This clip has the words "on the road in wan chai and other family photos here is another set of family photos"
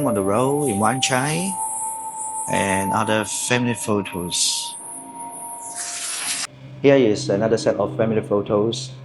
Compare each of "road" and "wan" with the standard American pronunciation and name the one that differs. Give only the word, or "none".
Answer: road